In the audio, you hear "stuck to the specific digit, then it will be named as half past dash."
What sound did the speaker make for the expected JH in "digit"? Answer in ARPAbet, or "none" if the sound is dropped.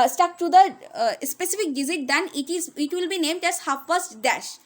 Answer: Z